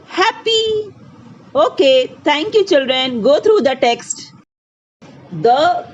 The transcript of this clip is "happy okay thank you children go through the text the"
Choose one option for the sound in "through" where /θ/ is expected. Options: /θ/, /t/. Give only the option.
/t/